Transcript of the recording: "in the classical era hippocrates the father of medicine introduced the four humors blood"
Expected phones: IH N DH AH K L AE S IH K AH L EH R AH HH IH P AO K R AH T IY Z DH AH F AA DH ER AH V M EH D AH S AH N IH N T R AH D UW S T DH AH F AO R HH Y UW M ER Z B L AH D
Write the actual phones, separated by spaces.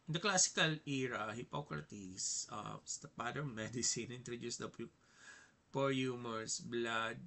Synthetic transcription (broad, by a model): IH N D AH K L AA S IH K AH L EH R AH HH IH P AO K R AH T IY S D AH P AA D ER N M EH D AH S AH N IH N T R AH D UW S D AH P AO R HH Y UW M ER S B L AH D